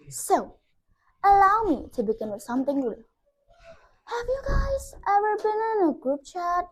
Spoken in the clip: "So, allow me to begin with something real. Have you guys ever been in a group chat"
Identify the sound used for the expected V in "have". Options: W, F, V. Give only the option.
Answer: V